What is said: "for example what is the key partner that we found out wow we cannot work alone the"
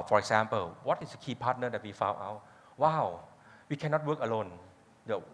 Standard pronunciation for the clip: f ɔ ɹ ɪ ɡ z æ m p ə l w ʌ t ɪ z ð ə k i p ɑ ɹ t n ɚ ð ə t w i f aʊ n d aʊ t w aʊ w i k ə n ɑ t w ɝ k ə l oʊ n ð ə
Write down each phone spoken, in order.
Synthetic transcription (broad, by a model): f ɔ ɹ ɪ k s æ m p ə l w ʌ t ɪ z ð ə k i p ɑ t n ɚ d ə t w i f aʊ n aʊ t w aʊ w i k ə n ɑ t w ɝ k ə l oʊ n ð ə